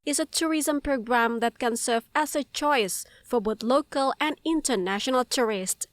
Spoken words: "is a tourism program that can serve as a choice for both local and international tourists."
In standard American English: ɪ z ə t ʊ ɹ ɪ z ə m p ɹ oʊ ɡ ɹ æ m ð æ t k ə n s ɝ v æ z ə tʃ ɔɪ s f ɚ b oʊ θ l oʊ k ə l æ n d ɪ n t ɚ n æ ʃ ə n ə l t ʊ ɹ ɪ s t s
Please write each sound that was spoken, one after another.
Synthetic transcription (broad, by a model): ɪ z ə t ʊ ɹ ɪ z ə m p ɹ oʊ ɡ ɹ æ m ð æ t k ə n s ɝ v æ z ə tʃ ɔɪ s f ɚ b oʊ θ l oʊ k ə l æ n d ɪ n t ɚ n æ ʃ ə n ə l t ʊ ɹ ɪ s t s